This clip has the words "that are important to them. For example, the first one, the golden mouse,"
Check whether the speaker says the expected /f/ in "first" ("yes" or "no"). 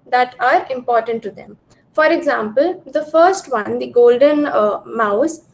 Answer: yes